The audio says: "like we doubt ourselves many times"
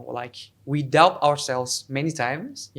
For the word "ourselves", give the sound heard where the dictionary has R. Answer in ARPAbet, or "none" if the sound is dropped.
R